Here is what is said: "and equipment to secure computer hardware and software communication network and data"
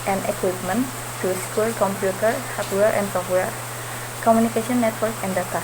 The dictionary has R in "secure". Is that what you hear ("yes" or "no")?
no